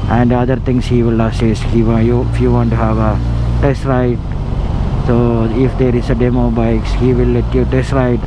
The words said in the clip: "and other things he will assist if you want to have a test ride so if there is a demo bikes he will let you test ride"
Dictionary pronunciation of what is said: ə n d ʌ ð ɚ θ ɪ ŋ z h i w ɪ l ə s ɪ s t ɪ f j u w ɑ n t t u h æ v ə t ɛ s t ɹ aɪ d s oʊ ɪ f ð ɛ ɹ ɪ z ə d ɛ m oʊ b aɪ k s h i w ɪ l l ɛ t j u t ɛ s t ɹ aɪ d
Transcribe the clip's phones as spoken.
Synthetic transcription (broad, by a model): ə n d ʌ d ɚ t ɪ ŋ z h i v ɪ l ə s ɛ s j ɪ f j u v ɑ n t t u h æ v ə t ɛ s t ɹ aɪ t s oʊ ɪ f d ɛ ɹ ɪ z ə d ɛ m oʊ b aɪ k s h i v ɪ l l ɛ t j u t ɛ s t ɹ aɪ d